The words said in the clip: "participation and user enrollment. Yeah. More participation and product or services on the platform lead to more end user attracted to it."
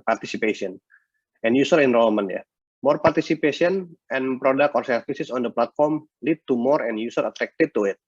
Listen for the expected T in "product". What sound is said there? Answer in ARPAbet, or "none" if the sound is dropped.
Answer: none